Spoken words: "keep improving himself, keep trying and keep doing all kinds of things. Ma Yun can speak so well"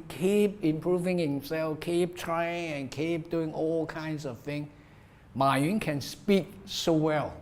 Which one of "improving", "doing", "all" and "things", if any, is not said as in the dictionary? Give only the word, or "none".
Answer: things